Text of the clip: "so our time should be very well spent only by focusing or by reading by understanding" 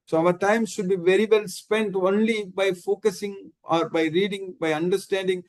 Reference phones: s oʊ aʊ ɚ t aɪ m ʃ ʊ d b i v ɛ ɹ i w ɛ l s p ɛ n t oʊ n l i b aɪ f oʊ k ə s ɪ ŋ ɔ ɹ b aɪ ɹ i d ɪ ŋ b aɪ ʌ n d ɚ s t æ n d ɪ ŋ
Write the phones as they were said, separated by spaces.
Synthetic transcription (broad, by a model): s oʊ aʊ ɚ t aɪ m ʃ ʊ d b i v ɛ ɹ i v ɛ l s p ɛ n t oʊ n l i b aɪ f oʊ k ə s ɪ ŋ ɔ ɹ b aɪ ɹ i d ɪ ŋ b aɪ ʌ n d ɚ s t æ n d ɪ ŋ